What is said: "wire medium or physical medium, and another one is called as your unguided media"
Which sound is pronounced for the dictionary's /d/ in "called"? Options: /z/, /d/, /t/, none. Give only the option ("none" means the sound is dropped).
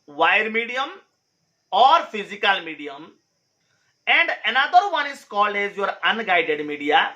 /d/